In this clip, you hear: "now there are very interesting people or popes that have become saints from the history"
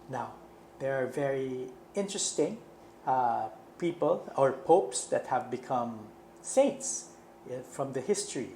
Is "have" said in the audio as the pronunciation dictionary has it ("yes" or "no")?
yes